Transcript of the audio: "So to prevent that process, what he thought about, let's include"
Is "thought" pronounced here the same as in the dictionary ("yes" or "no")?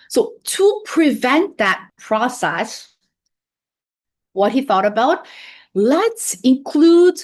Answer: yes